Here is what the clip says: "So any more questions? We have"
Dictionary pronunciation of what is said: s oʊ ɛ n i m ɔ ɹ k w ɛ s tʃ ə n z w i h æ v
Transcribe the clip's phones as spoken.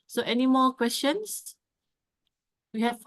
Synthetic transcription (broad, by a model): s oʊ ɛ n i m ɔ k w ɛ s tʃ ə n s w i h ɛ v